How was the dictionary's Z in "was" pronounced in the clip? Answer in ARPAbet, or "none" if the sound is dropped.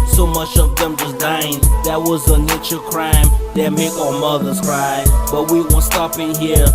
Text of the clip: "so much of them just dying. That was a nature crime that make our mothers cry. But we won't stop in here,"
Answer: Z